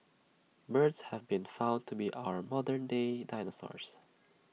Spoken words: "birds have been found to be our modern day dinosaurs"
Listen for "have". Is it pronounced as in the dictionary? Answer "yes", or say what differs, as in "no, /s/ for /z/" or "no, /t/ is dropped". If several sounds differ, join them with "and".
yes